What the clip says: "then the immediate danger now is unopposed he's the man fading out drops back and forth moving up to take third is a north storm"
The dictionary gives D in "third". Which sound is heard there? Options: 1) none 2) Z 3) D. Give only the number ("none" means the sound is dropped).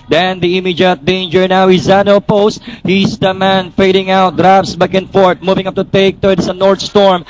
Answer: 1